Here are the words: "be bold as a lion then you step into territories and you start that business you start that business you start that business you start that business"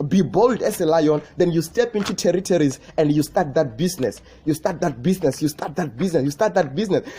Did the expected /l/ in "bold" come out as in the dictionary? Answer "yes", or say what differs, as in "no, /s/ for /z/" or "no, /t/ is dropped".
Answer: yes